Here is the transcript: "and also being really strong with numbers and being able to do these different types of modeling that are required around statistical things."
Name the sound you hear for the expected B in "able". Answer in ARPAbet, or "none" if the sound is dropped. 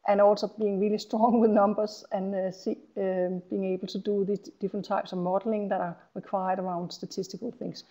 B